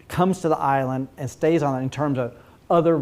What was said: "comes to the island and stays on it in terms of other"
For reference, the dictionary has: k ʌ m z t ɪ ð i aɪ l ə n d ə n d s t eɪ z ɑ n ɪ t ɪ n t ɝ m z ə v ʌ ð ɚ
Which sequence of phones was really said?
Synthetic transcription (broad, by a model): k ʌ m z t ɪ ð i aɪ l ə n d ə n s t eɪ z n ɪ t ɪ n t ɝ m z ə v ʌ ð ɚ